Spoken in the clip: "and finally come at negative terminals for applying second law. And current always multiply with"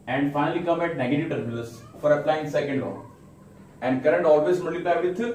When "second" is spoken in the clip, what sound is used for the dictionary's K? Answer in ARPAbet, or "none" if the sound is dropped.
K